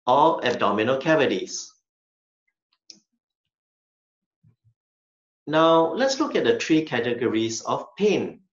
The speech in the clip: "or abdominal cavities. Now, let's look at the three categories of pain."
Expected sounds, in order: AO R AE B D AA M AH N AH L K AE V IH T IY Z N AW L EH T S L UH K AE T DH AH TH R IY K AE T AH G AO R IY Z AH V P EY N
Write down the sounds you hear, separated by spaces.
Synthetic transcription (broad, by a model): AO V AE B D AA M AH N AH L K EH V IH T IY S N AW L EH T S L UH K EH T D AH T R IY K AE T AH G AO R IY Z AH F P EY N